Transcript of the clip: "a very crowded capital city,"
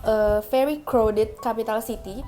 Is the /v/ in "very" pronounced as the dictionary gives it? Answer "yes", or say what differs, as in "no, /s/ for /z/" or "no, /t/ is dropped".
no, /f/ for /v/